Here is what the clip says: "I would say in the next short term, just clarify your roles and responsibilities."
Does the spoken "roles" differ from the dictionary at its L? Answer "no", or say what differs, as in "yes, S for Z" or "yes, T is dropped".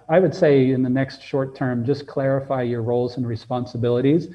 no